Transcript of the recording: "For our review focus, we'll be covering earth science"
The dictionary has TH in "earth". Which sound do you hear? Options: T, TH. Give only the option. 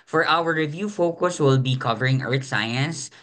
T